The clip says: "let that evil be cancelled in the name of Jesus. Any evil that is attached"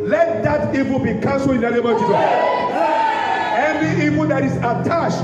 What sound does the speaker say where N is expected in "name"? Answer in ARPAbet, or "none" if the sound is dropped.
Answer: L